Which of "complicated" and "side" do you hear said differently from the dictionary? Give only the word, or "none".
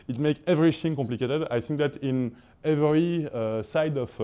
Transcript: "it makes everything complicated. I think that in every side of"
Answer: none